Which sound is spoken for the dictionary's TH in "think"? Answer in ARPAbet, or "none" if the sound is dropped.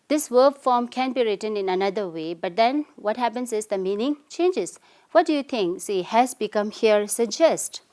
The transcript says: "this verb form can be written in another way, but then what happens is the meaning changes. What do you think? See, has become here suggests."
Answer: T